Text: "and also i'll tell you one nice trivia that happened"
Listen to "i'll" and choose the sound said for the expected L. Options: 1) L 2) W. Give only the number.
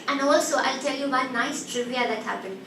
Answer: 1